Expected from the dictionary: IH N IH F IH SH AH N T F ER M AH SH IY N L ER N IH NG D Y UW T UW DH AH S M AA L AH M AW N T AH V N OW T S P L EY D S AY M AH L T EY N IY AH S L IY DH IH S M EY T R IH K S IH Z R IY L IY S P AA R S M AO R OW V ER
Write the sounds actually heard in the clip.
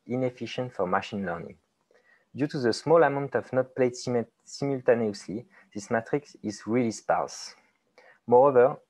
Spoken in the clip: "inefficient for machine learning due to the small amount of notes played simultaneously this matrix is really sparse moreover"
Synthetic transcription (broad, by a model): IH N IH F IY SH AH N T F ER M AH SH IY N L ER N IH NG D Y UW T UW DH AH S M AA L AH M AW N T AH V N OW T P L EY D S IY M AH L T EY N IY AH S L IY DH IH S M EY T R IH K S IH Z R IY L IY S P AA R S M AO R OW V ER